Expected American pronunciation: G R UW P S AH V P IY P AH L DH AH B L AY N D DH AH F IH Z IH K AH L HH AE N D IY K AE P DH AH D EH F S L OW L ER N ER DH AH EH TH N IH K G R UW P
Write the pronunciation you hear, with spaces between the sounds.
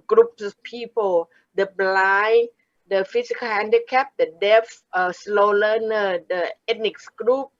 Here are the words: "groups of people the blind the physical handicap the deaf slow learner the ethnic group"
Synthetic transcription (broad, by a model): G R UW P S P IY P AH L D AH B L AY D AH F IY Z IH K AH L HH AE N D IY K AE P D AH D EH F S L OW L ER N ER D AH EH T N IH K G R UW P